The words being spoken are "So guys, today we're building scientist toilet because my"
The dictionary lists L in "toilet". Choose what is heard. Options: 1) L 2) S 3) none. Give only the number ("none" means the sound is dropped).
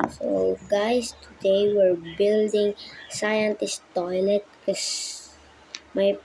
1